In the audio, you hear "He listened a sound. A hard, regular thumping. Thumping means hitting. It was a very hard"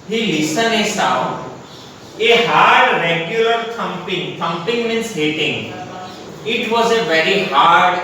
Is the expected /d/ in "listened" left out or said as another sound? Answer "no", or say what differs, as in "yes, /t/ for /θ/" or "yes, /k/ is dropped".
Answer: yes, /d/ is dropped